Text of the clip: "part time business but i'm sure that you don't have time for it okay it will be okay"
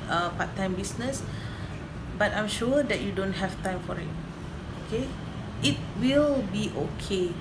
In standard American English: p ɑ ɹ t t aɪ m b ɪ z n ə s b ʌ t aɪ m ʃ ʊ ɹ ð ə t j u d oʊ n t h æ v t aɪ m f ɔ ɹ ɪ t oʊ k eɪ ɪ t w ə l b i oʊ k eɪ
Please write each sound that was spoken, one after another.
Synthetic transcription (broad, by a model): p ɑ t t aɪ m b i s n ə s b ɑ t aɪ m ʃ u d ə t j u d oʊ n t h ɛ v t aɪ m f ɔ ɹ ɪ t oʊ k eɪ ɪ t w ə l b i oʊ k eɪ